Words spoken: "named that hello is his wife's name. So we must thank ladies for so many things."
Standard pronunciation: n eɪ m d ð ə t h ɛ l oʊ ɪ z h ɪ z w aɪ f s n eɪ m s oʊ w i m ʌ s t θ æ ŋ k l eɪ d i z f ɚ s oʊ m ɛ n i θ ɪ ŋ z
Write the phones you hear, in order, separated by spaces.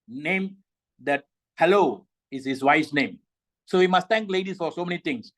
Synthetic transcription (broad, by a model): n eɪ m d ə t h ɛ l oʊ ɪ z h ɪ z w aɪ s n eɪ m s oʊ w i m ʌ s t t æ ŋ k l eɪ d i s f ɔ s oʊ m ɛ n i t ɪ ŋ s